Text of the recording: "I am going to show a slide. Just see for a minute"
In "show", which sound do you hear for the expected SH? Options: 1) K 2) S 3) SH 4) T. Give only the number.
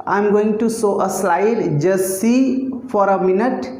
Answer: 2